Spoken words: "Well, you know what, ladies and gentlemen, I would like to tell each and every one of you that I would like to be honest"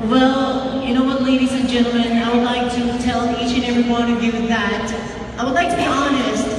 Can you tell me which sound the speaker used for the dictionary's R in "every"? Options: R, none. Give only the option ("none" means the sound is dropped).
R